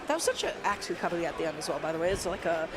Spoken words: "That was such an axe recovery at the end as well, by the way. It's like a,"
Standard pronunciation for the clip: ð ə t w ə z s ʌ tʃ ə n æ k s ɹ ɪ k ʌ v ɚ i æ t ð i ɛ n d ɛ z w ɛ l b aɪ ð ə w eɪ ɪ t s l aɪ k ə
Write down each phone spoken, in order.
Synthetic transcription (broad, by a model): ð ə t w ə z s ʌ tʃ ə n æ k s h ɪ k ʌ b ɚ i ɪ t ð i ɛ n d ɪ z w ɛ l b aɪ ð ə w eɪ ɪ t s l aɪ k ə